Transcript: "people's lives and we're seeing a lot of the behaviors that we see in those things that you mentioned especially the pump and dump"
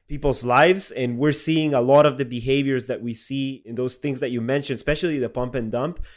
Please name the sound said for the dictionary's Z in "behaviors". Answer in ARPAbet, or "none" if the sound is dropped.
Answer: Z